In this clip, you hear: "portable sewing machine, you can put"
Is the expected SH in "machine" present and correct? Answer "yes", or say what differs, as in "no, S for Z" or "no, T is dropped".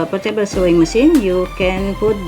no, S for SH